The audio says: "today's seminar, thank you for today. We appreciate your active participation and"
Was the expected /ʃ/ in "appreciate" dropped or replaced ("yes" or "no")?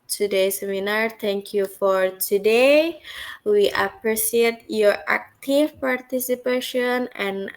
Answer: yes